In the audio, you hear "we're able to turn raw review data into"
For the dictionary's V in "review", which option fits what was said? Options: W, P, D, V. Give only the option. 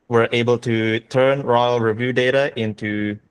V